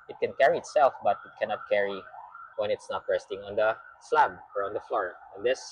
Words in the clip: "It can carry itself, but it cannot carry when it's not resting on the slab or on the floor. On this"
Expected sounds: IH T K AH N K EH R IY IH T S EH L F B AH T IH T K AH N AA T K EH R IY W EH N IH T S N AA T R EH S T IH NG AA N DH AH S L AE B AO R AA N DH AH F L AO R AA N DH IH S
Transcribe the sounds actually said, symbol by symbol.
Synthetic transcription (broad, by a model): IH T K AH N K EH R IY IH T S EH L F B AH T IH T K AH N AA T K EH R IY W EH N IH T S N AA T R EH S T IH NG AA N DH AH S L AE B AO R AA N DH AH F L AO R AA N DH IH S